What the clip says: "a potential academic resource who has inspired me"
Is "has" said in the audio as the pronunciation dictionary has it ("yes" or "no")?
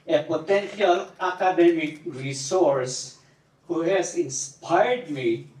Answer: no